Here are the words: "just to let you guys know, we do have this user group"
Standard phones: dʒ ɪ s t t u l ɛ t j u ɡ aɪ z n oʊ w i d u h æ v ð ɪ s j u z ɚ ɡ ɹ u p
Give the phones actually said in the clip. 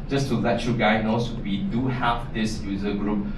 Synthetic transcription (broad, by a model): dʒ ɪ s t t u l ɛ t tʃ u ɡ aɪ n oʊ w i d u h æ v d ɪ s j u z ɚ ɡ ɹ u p